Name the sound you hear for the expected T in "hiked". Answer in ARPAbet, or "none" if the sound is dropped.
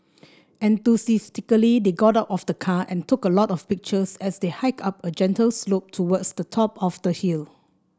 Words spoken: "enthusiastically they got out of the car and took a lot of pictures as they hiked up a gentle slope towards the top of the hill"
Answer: none